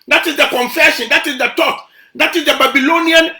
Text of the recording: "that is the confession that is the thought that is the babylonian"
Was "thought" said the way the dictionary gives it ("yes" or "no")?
no